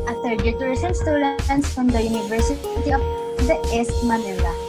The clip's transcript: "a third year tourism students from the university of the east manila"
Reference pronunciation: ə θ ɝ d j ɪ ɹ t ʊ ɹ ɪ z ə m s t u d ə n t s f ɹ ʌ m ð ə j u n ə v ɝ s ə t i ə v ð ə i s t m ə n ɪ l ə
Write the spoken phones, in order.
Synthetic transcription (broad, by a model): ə t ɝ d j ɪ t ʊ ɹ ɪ s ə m s t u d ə n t s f ɹ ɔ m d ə j u n ə v ɝ s ə t i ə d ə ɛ s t m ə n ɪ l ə